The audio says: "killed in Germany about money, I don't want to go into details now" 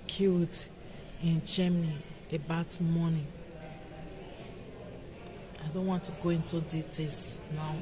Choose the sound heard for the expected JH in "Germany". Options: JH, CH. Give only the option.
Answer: CH